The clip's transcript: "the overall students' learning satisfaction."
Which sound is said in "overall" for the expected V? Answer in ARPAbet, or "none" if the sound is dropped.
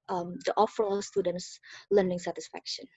F